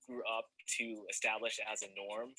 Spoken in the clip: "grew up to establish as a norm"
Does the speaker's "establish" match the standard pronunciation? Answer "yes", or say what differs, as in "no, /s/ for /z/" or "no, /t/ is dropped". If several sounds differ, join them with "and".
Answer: yes